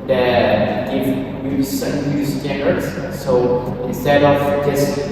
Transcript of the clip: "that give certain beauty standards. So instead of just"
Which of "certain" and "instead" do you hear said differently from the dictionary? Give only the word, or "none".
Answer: certain